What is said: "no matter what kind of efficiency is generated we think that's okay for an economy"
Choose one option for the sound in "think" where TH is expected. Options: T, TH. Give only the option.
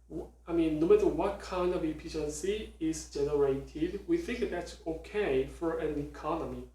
TH